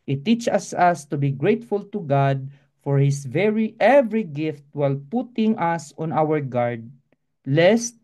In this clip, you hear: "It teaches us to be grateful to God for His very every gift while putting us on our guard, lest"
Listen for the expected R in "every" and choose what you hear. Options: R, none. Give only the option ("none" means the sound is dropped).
R